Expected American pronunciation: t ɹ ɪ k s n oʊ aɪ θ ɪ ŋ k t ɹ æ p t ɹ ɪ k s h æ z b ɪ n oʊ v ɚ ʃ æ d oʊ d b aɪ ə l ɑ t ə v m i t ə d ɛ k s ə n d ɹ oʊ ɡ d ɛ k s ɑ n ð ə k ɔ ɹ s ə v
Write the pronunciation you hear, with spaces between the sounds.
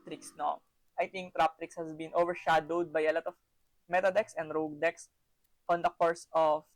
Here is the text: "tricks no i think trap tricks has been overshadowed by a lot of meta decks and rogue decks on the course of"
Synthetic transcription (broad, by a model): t ɹ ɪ k s n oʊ aɪ t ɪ ŋ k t ɹ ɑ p t ɹ ɪ k s h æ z b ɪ n oʊ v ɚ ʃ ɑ d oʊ d b aɪ ə l ɑ t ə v m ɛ t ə d ɛ k s ə n d ɹ oʊ ɡ d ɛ k s ɑ n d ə k ɔ ɹ s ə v